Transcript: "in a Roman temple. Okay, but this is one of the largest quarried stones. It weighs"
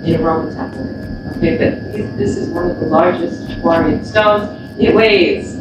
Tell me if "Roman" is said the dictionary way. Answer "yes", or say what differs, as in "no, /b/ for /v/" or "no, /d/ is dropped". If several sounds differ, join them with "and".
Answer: no, /m/ is dropped